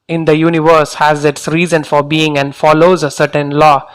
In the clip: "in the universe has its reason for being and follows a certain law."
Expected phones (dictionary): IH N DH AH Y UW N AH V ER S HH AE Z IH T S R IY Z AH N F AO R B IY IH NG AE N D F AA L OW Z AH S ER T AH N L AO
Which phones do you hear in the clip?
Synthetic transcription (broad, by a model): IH N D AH Y UW N AH V ER S HH AE Z IH T S R IY Z AH N F AO R B IY IH NG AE N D F AA L OW Z AH S ER T AH N L AO